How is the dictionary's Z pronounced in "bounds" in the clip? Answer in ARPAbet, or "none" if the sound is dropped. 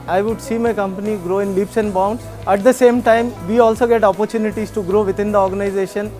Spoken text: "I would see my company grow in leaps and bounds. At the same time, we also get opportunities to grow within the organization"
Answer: none